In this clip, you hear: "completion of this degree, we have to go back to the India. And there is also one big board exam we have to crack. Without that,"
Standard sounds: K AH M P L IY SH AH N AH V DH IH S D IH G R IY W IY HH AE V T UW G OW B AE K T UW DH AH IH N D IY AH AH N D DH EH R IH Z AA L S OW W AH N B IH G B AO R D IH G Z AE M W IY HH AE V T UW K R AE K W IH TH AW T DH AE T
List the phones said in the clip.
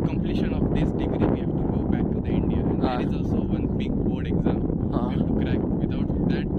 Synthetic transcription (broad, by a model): K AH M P L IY SH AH N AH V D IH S D IH G R IY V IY HH AE V T UW G OW B AE K T UW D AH IH N D IY AH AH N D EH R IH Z AA L S OW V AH N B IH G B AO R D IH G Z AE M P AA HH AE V T UW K R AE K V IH T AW T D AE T